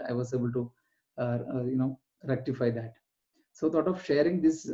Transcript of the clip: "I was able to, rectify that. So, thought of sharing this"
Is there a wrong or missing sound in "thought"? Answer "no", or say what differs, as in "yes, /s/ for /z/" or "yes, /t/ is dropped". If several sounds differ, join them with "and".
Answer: yes, /t/ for /θ/